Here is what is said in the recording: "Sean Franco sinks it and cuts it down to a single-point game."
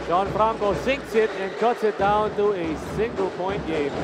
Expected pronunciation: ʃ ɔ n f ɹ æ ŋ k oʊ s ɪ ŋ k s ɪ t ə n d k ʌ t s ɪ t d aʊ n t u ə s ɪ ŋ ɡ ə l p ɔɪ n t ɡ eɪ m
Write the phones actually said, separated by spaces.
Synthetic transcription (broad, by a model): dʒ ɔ n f ɹ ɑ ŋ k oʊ s ɪ ŋ k s ɪ t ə n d k ʌ t s ɪ t d aʊ n t u ə s ɪ ŋ ɡ ə l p ɔɪ n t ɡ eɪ m